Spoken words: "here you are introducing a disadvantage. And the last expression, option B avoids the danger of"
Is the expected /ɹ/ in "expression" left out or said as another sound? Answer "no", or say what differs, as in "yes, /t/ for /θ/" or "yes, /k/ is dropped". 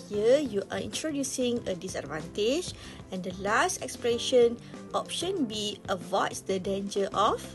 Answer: yes, /l/ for /ɹ/